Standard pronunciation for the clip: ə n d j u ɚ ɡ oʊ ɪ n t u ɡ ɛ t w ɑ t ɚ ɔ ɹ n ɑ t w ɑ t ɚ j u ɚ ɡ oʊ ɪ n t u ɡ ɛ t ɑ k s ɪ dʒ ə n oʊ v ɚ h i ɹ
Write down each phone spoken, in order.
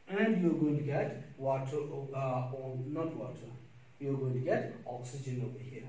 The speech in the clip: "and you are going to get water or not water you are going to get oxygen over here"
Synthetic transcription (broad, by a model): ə n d j u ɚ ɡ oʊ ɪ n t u ɡ ɛ t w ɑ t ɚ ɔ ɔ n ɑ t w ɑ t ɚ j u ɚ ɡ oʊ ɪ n t u ɡ ɛ t ɑ k s ɪ dʒ ə n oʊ b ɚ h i